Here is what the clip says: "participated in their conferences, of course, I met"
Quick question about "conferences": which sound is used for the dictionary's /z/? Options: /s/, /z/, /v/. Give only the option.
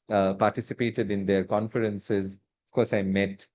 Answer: /z/